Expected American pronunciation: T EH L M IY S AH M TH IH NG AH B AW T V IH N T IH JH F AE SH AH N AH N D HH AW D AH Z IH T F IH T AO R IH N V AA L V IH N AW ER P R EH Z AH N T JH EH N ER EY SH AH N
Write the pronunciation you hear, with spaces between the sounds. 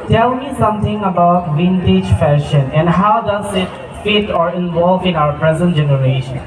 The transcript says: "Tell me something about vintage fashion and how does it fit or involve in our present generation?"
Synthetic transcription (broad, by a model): T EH L M IY S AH M T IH NG AH B AW T V IH N T IH JH F AE SH AH N AH N D HH AW D AH Z IH T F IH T AO R IH N V AA L V IH N AW ER P R EH Z AH N T JH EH N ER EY SH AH N